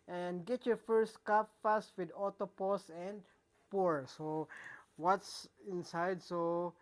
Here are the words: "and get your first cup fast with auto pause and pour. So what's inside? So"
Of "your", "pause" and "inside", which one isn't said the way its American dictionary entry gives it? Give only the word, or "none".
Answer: pause